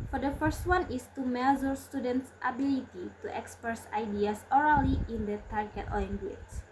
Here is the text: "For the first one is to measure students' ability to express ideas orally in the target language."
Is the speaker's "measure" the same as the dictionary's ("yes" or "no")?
no